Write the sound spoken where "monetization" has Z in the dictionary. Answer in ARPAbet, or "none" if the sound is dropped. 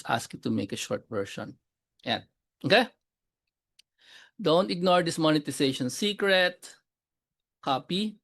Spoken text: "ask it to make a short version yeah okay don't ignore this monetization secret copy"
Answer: S